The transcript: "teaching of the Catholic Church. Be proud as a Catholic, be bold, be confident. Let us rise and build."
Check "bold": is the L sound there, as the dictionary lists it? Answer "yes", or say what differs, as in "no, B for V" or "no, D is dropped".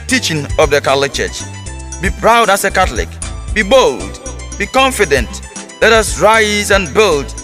yes